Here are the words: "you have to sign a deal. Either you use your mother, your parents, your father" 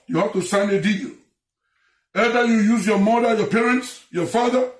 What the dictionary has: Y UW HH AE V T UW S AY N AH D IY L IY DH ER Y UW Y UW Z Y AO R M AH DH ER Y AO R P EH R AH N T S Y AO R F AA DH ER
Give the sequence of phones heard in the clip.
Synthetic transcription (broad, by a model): Y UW HH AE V T UW S AY N AH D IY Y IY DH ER Y UW Y UW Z Y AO M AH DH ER Y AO P EH R AH N T S Y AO F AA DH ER